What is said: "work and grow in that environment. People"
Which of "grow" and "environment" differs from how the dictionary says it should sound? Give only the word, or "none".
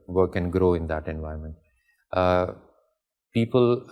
environment